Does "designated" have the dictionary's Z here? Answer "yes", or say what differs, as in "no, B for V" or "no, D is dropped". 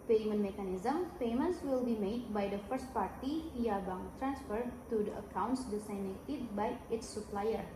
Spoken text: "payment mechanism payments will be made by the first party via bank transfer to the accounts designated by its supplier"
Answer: no, S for Z